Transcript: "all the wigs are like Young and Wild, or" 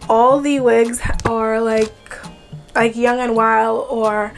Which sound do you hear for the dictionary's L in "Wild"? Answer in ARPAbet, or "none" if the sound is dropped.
L